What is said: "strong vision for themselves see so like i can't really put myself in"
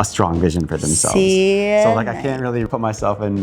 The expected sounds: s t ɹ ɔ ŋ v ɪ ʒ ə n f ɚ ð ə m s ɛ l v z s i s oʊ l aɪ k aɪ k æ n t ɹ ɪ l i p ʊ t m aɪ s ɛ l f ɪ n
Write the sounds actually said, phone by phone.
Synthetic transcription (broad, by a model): s t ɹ ɔ ŋ v ɪ ʒ ə n f ɚ ð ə m s ɛ l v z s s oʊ l aɪ k aɪ k æ n t ɹ ɪ l i p ʊ t m aɪ s ɛ l f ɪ n